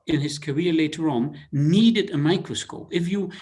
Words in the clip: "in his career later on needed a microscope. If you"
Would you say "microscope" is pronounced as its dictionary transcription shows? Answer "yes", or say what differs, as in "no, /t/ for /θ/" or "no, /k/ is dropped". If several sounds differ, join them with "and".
yes